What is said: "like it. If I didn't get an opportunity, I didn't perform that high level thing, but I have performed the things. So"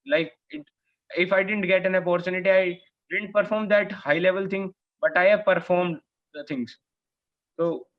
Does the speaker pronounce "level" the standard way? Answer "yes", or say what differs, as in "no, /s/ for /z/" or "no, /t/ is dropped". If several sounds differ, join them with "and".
yes